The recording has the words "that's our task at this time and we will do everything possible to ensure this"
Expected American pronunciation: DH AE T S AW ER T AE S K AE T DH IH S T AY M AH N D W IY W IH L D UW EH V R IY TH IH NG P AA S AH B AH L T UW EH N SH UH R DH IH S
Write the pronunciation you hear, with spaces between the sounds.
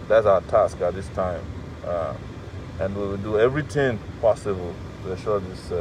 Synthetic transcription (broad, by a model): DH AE T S AW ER T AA S K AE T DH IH S T AY M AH N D W IY W IH L D UW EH V R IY T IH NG P AA S AH B AH L T UW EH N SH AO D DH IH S